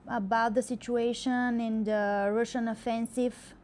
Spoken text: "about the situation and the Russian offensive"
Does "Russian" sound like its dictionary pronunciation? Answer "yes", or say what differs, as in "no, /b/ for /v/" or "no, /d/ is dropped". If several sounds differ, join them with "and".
yes